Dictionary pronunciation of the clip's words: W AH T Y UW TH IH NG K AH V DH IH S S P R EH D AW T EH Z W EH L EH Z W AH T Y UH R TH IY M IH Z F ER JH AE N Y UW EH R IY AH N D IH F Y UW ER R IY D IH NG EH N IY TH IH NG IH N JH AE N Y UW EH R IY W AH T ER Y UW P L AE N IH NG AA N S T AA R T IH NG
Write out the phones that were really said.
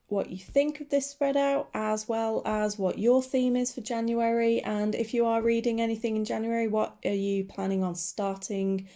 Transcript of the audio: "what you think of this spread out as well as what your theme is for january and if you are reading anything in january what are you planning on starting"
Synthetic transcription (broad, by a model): W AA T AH TH IH NG K AH V DH IH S S P R EH D AW T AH Z W EH L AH Z W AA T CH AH TH IY M IH Z F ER JH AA N Y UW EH R IY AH N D IH F Y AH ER R IY D IH NG EH N IY TH IH NG IH N JH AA N Y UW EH R IY W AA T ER Y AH P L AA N IH NG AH N S T AA T IH NG